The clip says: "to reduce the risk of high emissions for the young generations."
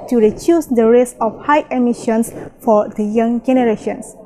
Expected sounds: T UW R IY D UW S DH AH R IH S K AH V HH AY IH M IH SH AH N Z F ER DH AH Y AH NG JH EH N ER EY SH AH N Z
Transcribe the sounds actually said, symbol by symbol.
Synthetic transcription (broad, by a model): T UW R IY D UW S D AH R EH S AH F HH AY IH M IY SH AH N S F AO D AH Y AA NG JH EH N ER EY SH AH N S